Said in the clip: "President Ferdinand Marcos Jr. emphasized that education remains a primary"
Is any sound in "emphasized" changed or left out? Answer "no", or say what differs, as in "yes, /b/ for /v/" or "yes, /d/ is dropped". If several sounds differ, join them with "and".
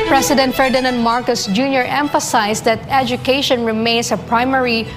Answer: yes, /s/ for /z/